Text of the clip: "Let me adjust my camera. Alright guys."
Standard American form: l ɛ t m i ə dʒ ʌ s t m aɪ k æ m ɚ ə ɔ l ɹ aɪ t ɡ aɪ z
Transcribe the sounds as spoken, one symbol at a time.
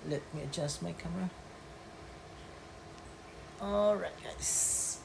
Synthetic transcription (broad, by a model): l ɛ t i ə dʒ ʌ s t m aɪ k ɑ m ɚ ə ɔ ɹ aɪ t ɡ aɪ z